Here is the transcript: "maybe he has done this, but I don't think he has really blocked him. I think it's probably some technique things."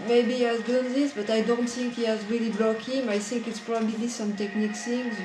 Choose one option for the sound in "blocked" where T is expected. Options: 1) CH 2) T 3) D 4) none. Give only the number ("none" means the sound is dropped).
4